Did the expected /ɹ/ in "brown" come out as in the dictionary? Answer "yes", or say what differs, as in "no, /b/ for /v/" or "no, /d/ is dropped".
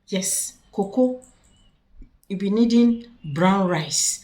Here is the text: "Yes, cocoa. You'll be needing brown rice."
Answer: yes